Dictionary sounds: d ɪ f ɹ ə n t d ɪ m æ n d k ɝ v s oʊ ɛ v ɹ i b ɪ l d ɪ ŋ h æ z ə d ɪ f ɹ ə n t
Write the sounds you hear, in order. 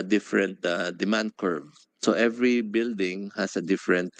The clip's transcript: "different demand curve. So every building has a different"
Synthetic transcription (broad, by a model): d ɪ f ɹ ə n t d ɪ m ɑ n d k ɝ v s oʊ ɛ v ɹ i b ɪ l d ɪ ŋ h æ s ə d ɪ f ɹ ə n t